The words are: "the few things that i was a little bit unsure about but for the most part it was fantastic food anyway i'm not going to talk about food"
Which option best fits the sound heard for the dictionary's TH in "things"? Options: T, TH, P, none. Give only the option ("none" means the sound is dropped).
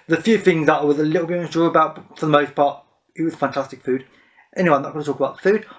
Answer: TH